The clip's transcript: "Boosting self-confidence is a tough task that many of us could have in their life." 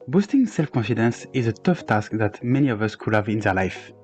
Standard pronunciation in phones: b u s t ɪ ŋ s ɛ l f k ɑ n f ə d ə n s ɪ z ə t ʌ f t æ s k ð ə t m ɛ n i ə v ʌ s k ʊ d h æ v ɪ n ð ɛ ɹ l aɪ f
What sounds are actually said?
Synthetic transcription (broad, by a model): b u s t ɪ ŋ s ɛ l f k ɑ n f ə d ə n s ɪ z ə t ʌ f t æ s k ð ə t m ɛ n i ə v ʌ s k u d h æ v ɪ n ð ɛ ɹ l aɪ f